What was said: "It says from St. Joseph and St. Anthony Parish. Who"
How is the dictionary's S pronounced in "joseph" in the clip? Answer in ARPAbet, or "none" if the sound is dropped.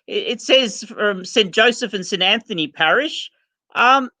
S